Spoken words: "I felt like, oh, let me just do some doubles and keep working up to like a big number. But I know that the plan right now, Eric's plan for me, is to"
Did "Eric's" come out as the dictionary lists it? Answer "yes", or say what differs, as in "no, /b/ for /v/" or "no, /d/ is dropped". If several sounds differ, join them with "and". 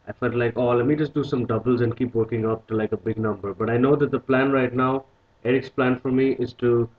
yes